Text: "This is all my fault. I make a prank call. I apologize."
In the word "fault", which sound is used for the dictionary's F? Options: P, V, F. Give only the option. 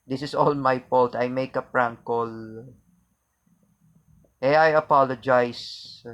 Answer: P